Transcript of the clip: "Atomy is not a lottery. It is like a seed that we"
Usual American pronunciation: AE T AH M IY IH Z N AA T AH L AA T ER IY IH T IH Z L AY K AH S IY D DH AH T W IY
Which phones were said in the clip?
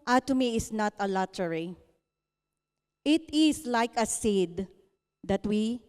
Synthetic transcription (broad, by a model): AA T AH M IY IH S N AA T AH L AA T ER IY IH T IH S L AY K AH S IY D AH T W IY